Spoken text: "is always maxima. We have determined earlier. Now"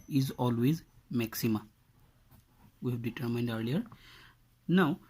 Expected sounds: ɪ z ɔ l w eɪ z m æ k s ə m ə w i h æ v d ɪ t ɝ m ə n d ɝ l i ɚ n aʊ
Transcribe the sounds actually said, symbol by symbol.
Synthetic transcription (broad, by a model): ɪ z ɔ l w eɪ z m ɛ k s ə m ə w i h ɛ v d ɪ t ɝ m ə n d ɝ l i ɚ n aʊ